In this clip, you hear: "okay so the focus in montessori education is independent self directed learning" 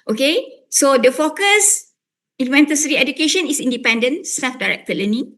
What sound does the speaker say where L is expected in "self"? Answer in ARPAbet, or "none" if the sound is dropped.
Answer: none